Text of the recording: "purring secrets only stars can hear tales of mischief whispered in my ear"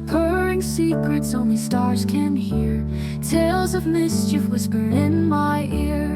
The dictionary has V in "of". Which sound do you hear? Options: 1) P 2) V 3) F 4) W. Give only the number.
2